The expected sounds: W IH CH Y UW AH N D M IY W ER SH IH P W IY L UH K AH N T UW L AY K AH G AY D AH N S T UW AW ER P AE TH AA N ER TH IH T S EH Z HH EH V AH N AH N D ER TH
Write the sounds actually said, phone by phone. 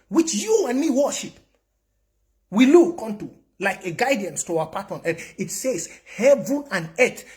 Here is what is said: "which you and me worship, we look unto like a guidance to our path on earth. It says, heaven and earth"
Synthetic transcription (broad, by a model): W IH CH Y UW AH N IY W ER SH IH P W IY L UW K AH N T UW L AY K AH G AY D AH N S T UW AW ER P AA T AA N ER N IH T S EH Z HH EH V AH N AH N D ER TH